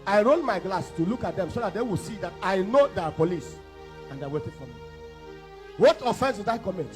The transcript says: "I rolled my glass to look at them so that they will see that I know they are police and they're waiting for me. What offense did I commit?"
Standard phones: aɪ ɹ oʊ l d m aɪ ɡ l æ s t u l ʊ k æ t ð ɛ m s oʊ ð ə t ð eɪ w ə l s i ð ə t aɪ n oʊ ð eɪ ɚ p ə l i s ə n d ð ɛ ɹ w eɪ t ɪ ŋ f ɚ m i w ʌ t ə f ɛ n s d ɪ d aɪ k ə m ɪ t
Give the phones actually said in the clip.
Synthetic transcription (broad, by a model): aɪ ɹ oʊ n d m aɪ ɡ l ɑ s t u l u k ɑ t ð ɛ m s oʊ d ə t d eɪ w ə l s i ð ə t aɪ n oʊ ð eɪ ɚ p ə l i s ə n d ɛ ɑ w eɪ t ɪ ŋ f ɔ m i w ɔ t ə f ɛ n s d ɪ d aɪ k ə m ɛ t